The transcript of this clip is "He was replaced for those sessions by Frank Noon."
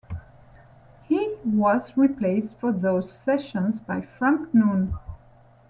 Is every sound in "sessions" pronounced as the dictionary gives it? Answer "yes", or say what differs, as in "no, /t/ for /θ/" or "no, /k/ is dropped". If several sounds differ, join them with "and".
yes